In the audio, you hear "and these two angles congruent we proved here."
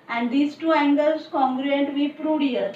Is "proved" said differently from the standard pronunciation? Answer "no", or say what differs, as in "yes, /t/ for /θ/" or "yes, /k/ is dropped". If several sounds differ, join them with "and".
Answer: yes, /v/ is dropped